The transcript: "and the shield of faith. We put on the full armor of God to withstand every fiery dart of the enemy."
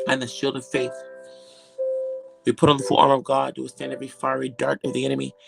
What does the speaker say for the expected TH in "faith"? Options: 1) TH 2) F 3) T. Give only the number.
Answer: 1